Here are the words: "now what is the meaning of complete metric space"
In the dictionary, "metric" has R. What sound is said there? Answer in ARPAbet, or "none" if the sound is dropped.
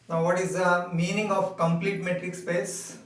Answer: R